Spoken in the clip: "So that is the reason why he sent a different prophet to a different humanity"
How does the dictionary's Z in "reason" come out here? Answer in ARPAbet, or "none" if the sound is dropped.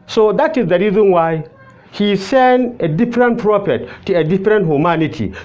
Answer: Z